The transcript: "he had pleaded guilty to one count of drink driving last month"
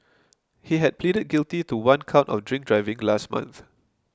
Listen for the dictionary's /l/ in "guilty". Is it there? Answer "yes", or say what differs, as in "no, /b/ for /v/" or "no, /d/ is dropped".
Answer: yes